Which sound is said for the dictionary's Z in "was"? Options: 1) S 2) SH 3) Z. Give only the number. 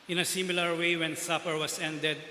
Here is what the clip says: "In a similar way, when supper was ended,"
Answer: 1